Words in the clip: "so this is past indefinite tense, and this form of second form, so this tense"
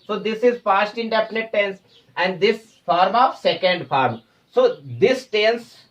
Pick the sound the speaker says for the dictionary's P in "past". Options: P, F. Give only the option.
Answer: F